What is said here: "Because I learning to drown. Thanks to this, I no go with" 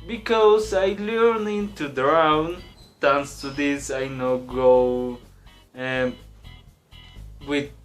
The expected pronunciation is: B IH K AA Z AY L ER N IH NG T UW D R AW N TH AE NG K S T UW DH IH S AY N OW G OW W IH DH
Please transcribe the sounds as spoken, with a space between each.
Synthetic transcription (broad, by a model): B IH K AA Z AY L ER N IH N T UW D R AW N T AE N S T UW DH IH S AY N OW G OW W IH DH